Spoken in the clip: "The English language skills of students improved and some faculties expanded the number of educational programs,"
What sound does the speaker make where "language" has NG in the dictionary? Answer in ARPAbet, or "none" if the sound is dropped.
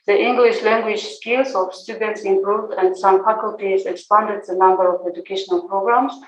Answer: NG